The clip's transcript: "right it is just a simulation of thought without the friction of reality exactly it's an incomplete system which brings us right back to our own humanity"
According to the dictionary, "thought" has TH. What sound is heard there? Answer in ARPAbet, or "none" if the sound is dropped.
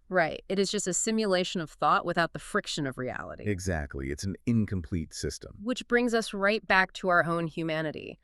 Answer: TH